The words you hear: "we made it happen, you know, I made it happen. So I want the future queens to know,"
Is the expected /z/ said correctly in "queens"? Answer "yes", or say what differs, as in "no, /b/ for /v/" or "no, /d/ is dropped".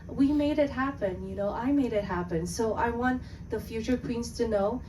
no, /s/ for /z/